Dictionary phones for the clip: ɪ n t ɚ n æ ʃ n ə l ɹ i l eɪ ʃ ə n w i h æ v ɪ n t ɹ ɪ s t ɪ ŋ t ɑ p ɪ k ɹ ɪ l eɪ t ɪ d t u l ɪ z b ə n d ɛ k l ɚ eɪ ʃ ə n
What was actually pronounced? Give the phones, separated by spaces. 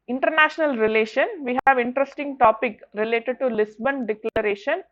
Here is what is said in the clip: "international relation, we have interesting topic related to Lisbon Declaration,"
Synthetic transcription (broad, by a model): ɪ n t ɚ n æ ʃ n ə l ɹ i l eɪ ʃ ə n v i h æ v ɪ n t ɹ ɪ s t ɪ ŋ t ɑ p ɪ k ɹ ɪ l eɪ t ɪ d t u l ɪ s b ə n d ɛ k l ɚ eɪ ʃ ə n